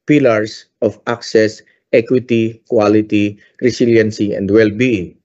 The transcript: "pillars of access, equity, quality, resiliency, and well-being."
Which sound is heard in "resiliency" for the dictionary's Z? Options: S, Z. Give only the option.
S